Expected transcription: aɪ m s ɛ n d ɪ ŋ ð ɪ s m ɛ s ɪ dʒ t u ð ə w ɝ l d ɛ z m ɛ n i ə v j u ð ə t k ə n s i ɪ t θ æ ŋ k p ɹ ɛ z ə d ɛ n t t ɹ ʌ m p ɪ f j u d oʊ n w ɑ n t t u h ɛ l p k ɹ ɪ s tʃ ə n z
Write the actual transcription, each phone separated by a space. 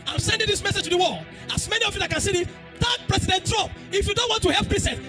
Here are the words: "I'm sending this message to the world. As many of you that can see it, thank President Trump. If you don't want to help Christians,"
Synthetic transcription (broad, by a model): aɪ m s ɛ n d ɪ ŋ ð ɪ s m ɛ s ɪ dʒ t u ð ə w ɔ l ɑ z m ɛ n i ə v j u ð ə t k ə n s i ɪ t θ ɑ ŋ p ɹ ɛ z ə d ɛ n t t ɹ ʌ m p ɪ f j u d oʊ n w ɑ n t t u h ɛ l p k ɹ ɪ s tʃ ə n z